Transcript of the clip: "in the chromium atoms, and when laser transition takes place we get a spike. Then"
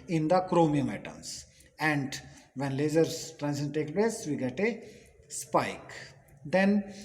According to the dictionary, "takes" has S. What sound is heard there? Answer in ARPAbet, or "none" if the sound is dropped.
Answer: none